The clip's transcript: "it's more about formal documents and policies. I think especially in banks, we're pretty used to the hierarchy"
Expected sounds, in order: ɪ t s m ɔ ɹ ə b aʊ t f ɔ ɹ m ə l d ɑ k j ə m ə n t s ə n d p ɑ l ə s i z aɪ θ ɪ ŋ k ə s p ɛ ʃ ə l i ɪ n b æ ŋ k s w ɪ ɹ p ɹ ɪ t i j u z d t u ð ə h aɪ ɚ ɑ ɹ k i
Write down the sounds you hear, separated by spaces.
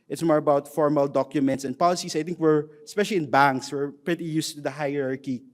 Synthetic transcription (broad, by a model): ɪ t s m ɔ ɹ ə b aʊ t f ɔ ɹ m ə l d ɑ k j ə m ə n t s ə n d p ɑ l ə s i s aɪ t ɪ ŋ k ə s p ɛ ʃ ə l i ɪ n b æ ŋ k s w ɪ ɹ p ɹ ɪ t i j u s t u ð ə h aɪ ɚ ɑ ɹ k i